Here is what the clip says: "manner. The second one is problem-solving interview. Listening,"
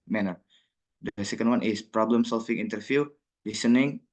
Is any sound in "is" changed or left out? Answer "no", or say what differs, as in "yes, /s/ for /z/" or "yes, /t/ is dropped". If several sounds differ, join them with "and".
yes, /s/ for /z/